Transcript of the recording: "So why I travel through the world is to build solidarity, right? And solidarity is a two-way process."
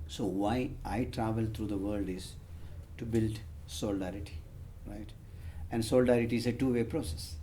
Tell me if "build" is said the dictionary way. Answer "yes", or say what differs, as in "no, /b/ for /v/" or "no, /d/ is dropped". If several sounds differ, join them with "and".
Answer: yes